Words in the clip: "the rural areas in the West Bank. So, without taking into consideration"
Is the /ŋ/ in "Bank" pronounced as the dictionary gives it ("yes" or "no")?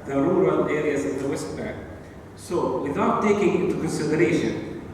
no